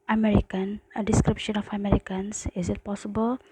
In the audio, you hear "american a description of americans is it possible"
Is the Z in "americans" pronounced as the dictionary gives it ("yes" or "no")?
no